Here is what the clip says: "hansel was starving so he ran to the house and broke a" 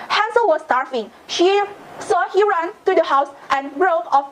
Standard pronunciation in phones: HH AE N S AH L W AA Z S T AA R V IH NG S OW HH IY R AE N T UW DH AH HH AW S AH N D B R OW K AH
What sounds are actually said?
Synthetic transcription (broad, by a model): HH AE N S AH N W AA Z S T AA R F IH NG S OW HH IY R AE N T UW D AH HH AW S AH N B R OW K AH